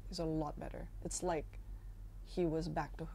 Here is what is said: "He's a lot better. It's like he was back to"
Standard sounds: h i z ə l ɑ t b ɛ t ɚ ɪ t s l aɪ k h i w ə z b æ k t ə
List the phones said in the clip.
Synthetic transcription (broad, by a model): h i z ə l ɑ t b ɛ t ɚ ɪ t s l aɪ k h i w ə z b æ k t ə